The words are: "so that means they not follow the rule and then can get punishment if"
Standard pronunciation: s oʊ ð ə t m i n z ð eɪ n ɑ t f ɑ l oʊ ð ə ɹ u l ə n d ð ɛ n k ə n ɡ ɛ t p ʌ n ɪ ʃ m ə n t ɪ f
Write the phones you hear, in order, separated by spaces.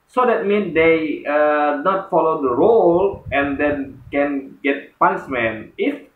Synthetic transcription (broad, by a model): s oʊ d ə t m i n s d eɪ n ɑ t f ɑ l oʊ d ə ɹ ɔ l ə n d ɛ n k ə n ɡ ɛ t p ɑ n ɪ s m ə n ɪ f